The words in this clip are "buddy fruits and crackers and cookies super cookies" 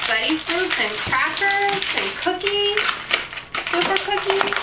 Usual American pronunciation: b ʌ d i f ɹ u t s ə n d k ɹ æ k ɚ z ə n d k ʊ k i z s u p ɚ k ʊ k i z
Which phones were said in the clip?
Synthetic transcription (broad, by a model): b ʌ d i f u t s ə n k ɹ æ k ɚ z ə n k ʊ k i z s u p ɚ k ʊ k i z